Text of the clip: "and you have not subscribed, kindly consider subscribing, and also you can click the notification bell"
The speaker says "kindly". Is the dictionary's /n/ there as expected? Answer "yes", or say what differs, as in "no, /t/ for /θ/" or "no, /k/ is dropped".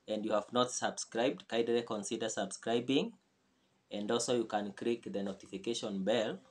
no, /n/ is dropped